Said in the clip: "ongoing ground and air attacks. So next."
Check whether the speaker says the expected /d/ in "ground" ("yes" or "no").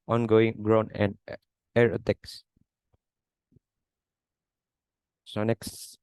no